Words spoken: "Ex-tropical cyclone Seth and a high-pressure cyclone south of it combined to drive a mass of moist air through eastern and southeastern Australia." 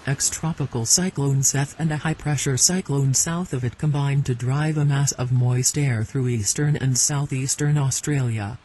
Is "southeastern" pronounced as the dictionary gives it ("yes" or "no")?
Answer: yes